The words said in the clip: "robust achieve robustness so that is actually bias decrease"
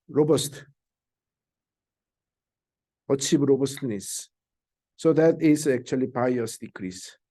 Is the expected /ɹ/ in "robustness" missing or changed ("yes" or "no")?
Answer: no